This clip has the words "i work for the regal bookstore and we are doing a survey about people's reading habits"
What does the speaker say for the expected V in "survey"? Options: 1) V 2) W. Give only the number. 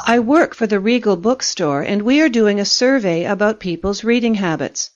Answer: 1